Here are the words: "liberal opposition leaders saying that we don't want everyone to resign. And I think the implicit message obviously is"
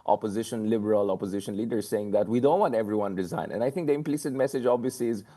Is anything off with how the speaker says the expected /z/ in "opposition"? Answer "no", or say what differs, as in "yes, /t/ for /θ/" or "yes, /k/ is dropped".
no